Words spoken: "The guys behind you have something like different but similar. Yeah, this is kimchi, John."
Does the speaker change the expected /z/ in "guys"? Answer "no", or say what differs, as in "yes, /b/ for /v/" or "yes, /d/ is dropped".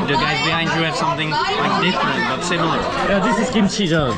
no